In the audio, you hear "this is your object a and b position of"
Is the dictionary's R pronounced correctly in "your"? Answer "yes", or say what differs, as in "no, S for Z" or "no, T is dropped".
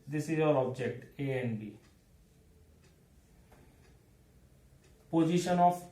no, L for R